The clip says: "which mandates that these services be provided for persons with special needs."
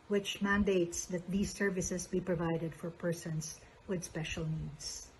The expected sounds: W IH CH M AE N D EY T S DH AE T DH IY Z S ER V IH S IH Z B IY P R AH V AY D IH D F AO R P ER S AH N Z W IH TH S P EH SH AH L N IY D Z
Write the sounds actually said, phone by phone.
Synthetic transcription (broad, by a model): W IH CH M AE N D EY T S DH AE T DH IY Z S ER V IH S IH S B IY P R AH V AY D IH D F AO R P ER S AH N S W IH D S P EH SH AH L N IY D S